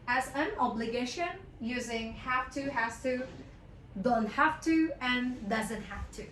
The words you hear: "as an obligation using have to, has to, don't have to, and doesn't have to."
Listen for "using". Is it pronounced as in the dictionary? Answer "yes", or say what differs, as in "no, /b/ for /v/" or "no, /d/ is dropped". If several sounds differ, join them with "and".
yes